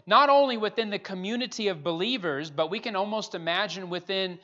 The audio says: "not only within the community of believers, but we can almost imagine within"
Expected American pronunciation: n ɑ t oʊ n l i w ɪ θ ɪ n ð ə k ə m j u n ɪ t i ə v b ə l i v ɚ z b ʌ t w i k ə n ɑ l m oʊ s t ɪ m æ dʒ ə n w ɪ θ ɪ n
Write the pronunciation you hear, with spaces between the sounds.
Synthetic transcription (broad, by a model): n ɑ t oʊ n l i w ɪ θ ɪ n ð ə k ə m j u n ɪ t i ə v b ə l i v ɚ z b ʌ t w i k ə n ɑ l m oʊ s t ɪ m æ dʒ ə n w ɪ θ ɪ n